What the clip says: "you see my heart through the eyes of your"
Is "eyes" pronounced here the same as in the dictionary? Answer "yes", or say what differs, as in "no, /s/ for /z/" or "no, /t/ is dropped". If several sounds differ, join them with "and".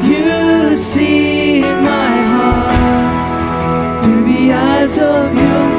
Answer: yes